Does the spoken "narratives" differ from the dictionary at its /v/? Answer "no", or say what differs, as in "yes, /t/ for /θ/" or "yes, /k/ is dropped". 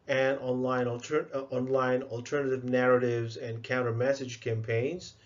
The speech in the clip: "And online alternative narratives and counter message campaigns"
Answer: no